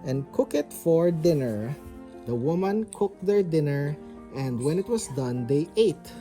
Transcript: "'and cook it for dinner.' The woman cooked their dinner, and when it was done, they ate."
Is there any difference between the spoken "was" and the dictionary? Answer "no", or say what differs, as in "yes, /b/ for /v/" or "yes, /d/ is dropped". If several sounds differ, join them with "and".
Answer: yes, /s/ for /z/